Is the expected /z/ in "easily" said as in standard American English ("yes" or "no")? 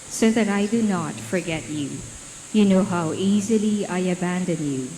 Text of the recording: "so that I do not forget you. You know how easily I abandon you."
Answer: yes